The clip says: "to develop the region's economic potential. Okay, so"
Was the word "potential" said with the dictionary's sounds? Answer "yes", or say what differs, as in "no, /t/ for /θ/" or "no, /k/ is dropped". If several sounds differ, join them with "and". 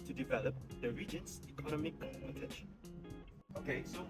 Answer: no, /n/ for /l/